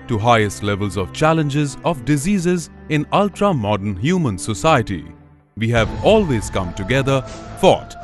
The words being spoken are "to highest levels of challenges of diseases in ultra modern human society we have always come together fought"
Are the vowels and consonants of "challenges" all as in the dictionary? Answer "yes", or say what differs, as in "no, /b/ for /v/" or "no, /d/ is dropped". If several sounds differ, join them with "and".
yes